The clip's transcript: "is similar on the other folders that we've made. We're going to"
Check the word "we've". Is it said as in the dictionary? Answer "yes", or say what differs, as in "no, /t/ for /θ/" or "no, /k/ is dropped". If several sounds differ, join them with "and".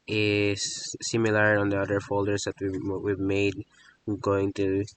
no, /w/ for /v/